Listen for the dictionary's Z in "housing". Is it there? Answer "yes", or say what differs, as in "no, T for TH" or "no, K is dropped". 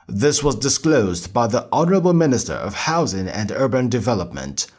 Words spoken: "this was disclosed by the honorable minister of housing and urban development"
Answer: yes